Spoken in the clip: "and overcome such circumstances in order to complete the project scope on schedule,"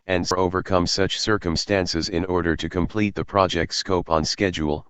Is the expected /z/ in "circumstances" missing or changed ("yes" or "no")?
no